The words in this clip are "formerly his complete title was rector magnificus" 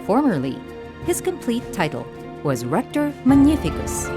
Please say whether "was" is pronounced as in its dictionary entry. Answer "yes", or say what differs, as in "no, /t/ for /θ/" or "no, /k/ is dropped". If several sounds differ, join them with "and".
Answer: yes